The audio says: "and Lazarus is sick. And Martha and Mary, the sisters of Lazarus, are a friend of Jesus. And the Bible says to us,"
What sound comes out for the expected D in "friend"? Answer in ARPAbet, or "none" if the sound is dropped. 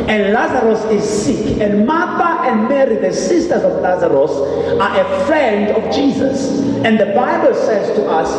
D